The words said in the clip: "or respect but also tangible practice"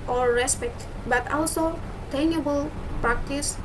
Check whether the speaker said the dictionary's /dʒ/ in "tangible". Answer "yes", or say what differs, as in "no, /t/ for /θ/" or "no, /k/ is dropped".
no, /dʒ/ is dropped